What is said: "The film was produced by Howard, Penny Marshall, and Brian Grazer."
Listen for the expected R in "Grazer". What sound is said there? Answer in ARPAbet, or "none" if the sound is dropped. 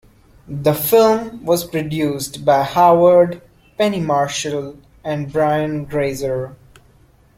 R